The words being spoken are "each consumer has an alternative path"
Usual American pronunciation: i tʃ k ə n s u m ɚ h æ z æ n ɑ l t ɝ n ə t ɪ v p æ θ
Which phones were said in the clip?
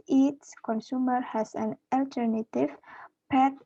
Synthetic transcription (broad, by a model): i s k ə n s u m ɚ h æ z æ n ɑ l t ɝ n ə t ɪ v p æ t